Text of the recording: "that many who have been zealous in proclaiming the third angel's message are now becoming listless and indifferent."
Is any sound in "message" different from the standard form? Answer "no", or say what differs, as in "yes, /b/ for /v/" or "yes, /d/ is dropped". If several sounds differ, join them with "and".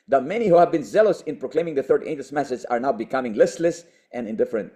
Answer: yes, /z/ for /dʒ/